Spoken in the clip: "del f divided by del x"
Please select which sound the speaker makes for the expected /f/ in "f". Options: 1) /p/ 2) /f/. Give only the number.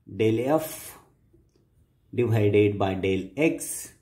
2